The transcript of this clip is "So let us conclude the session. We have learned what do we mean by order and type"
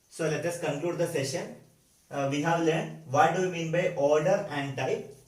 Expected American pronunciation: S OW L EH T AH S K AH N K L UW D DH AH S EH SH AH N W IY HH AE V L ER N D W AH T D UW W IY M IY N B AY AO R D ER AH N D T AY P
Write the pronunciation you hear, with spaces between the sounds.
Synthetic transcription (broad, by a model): S OW L EH T AH S K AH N K L UW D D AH S EH SH AH N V IY HH AE V L ER N D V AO T D UW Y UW M IY N B AY AO R D ER AH N D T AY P